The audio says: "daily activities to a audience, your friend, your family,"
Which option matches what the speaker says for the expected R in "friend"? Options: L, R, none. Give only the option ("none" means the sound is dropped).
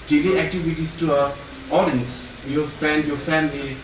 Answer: none